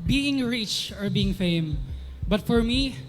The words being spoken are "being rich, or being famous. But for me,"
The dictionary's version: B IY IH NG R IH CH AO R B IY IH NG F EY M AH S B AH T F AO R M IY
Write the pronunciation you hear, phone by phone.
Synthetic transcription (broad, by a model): B IY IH NG R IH CH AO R B IY IH NG F EY AH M B AH T F AO R M IY